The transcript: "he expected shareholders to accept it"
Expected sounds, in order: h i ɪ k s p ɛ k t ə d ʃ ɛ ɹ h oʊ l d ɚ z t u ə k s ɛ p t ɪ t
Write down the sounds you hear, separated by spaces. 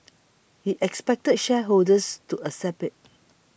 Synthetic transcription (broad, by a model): h i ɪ k s p ɛ k t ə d ʃ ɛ h oʊ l d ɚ s t u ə s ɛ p ɪ t